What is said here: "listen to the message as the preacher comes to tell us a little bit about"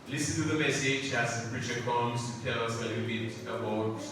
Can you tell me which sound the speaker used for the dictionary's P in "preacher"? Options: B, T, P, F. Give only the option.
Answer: B